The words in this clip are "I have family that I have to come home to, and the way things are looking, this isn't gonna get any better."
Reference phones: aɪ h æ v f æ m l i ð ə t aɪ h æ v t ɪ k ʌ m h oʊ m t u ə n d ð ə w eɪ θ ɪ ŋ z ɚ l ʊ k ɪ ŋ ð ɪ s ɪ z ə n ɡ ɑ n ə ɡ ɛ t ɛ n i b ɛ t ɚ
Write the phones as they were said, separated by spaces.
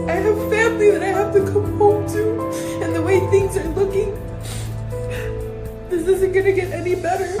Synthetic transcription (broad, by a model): aɪ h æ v f æ m l i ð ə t aɪ h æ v t ɪ k ʌ m h oʊ m t u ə n ð ə w eɪ θ ɪ ŋ z ɚ l ʊ k ɪ ŋ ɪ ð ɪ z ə n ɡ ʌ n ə ɡ ɛ t ɛ n i b ɛ t ɚ